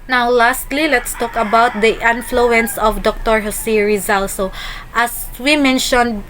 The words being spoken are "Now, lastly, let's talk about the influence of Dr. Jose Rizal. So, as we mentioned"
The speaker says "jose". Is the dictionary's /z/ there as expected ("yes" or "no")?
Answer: no